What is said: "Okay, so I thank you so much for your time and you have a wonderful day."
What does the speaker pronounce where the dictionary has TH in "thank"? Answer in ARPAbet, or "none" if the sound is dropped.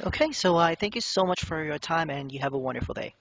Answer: TH